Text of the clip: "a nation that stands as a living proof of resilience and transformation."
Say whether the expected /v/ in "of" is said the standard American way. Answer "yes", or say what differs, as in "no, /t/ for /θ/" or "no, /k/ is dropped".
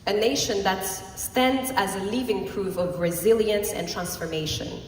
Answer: yes